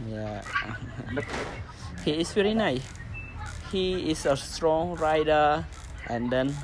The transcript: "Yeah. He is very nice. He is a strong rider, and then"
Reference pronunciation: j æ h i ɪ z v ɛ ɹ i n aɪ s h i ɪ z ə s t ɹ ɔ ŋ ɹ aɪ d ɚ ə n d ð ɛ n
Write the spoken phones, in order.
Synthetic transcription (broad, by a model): j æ h i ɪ s v ɛ ɹ i n aɪ s h i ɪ s ə s t ɹ ɔ ŋ ɹ aɪ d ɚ ə n d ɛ n